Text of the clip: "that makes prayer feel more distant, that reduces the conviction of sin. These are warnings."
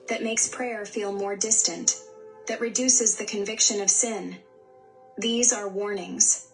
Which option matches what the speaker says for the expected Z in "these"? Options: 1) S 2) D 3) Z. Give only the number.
3